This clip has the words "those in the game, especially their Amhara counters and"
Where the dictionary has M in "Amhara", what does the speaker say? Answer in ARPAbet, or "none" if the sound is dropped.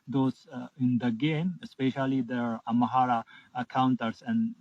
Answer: none